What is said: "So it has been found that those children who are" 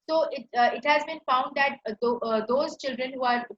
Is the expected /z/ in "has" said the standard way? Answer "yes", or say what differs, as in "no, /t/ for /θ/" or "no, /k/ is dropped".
yes